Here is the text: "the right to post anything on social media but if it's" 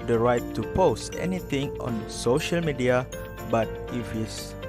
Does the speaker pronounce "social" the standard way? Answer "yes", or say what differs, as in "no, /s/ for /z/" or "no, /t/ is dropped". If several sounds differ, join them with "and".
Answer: yes